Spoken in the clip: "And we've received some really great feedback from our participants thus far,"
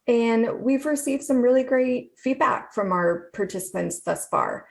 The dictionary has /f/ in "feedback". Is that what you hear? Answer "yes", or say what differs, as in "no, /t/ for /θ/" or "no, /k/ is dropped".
yes